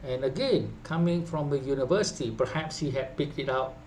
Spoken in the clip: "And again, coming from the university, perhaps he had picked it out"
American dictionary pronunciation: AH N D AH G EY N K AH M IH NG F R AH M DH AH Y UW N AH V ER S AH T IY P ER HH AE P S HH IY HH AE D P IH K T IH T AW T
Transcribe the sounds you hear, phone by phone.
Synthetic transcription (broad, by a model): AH N AH G EY N K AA M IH NG F R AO M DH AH Y UW N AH V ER S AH T IY P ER HH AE P S HH IY HH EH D P IH K T IH T AW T